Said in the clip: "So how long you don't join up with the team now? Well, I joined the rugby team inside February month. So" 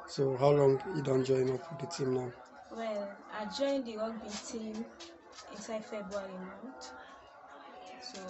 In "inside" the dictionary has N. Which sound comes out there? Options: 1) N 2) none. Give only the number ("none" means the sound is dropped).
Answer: 1